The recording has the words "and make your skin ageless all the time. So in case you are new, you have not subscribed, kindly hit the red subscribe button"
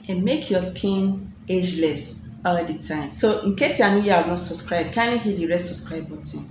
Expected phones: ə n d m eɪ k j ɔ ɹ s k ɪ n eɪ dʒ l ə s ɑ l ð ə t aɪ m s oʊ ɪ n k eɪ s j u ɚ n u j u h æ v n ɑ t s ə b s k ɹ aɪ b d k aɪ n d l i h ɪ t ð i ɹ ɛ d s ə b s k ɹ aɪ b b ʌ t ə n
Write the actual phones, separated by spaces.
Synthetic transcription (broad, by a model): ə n m eɪ k j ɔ s k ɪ n eɪ dʒ l ə s ɑ l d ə t aɪ m s oʊ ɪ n k eɪ s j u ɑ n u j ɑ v n ɑ t s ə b s k ɹ aɪ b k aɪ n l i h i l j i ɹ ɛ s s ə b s k ɹ aɪ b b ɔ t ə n